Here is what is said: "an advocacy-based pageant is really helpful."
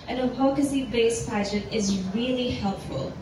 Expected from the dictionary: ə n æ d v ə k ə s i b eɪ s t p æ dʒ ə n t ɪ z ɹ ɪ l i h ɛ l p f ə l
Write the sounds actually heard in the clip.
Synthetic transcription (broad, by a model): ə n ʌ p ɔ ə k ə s i b eɪ s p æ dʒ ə t ɪ z ɹ ɪ l i h ɛ l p f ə l